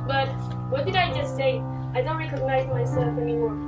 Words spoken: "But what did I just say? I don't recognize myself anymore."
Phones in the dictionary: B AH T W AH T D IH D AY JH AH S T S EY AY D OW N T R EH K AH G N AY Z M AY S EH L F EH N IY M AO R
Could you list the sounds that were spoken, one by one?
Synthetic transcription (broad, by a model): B AH T W AH T D IH D AY JH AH S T S EY AY D OW N T R EH K AH G N AY Z M AY S EH L F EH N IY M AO R